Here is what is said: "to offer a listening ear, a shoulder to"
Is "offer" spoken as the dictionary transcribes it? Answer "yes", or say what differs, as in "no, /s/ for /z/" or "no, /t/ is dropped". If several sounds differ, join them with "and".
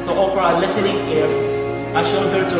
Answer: no, /p/ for /f/